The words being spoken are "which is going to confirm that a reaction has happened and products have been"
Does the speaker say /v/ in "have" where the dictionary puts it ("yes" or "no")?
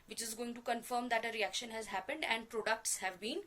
yes